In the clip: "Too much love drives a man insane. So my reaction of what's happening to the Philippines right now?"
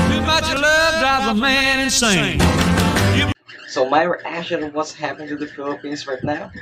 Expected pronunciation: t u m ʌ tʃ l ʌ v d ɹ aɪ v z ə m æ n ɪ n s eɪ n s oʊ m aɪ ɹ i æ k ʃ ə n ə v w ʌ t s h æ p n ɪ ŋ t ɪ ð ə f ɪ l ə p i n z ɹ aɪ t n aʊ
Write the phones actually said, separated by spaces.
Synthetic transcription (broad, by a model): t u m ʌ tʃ l ʌ v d aɪ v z ə m æ n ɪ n s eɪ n s oʊ m aɪ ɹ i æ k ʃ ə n w ʌ t s h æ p ɪ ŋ t ɪ ð ə f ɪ l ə p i n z ɹ aɪ t n aʊ